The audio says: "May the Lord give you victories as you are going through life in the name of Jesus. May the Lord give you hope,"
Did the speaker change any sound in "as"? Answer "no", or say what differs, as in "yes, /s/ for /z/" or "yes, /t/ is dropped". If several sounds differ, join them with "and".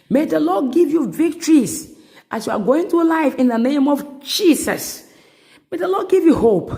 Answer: yes, /s/ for /z/